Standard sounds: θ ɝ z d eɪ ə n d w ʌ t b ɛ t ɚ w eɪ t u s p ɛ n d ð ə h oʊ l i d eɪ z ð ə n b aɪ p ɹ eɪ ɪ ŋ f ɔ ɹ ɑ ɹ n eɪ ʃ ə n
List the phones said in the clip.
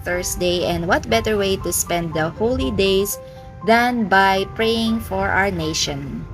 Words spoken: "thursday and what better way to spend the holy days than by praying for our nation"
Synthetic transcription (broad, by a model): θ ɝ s d eɪ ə n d w ʌ t b ɛ t ɚ w eɪ t u s p ɛ n d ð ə h oʊ l i d eɪ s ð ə n b aɪ p ɹ eɪ ɪ ŋ f ɔ ɹ ɑ ɹ n eɪ ʃ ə n